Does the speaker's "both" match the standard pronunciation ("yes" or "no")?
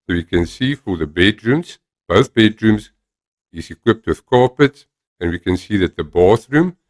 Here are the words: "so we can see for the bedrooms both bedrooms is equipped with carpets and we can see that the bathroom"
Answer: yes